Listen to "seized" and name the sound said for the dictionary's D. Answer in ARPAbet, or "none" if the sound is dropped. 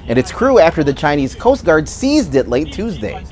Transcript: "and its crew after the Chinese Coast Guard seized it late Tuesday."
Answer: D